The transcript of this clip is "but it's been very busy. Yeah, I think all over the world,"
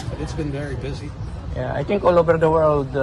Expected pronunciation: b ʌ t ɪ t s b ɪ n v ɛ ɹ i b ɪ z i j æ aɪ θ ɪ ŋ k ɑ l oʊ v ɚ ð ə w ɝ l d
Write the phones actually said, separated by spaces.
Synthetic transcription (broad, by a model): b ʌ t ɪ t s b ɪ n v ɛ ɹ i b ɪ z i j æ aɪ t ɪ ŋ k ɑ l oʊ v ɚ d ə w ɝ l d